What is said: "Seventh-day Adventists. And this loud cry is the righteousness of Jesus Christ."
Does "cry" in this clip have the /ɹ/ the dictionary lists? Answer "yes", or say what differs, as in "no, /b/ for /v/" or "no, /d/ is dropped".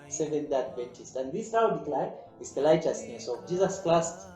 no, /l/ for /ɹ/